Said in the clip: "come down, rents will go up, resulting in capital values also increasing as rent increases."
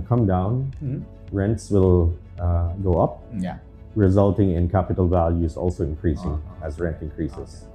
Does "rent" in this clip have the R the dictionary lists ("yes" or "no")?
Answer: yes